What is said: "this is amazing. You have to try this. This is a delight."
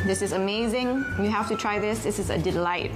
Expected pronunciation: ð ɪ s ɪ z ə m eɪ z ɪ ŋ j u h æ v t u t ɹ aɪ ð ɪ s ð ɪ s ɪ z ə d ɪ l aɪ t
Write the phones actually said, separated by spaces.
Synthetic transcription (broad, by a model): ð ɪ s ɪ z ə m eɪ z ɪ ŋ j u h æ f t u t ɹ aɪ ð ɪ s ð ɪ s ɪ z ə d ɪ l aɪ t